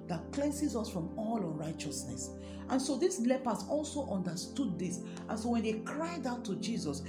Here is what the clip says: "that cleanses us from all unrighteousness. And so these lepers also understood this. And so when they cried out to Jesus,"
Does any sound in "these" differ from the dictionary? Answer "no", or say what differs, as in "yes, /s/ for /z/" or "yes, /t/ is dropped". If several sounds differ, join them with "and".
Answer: yes, /s/ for /z/